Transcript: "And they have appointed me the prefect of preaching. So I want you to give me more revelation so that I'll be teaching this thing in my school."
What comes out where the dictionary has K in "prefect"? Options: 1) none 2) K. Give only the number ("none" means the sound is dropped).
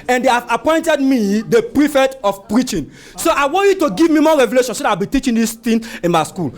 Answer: 1